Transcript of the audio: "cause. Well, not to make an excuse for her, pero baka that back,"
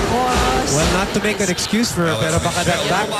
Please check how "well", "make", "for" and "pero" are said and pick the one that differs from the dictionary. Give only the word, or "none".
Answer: pero